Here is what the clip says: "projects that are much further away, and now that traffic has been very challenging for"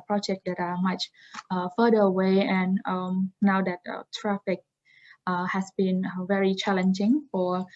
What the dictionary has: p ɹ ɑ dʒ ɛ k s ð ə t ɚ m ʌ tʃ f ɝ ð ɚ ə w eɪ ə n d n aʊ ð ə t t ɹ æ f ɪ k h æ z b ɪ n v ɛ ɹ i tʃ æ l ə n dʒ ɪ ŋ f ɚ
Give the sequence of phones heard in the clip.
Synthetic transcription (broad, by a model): p ɹ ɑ dʒ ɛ k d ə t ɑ m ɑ tʃ f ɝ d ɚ ə w eɪ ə n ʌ n aʊ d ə t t ɹ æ f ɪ k h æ s b ɪ n v ɛ ɹ i tʃ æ l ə n dʒ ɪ ŋ f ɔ